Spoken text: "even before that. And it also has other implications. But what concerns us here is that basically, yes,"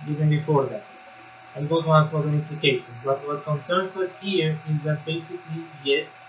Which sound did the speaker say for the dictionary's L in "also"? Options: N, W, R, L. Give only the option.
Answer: N